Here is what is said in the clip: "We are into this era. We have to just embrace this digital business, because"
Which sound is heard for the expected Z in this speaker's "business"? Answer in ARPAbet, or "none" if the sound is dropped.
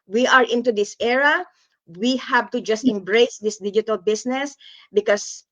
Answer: S